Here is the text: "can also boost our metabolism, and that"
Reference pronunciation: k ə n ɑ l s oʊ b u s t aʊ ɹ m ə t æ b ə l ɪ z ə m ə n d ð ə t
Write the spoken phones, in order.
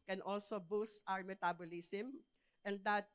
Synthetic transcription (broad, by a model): k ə n ɑ l s oʊ b u s t aʊ ɹ m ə t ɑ b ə l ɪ s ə m ə n d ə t